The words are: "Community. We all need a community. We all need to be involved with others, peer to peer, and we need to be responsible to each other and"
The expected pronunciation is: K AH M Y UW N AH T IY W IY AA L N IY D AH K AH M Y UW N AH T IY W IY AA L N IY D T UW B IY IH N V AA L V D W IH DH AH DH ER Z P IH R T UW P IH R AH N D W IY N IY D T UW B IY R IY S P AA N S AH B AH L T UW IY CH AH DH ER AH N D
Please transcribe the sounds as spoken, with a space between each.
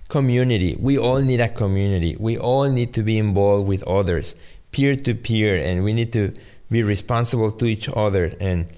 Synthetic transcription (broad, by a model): K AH M Y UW N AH T IY W IY AA L N IY D AH K AH M Y UW N AH T IY W IY AA L N IY D T UW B IY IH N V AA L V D W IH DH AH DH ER S P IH R T UW P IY R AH N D W IY N IY D T UW B IY R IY S P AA N S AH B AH L T UW IY CH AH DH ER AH N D